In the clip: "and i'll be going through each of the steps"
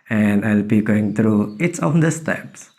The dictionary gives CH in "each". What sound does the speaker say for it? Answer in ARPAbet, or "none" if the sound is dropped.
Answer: S